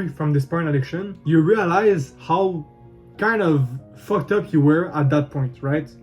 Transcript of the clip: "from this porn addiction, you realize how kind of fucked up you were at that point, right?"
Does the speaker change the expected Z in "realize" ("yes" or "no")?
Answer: no